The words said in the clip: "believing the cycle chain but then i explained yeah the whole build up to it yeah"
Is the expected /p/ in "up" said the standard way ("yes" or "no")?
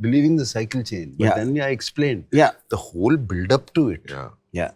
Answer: yes